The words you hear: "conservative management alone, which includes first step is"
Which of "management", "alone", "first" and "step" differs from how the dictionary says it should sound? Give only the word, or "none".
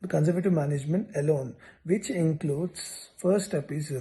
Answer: first